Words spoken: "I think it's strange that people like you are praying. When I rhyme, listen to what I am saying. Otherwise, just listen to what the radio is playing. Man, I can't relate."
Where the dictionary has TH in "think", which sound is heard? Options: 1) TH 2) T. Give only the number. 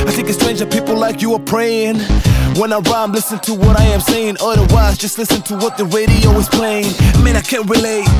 1